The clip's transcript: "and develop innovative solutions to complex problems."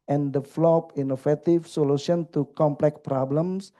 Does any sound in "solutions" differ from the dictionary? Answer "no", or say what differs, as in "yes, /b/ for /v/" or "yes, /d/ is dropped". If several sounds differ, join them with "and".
yes, /z/ is dropped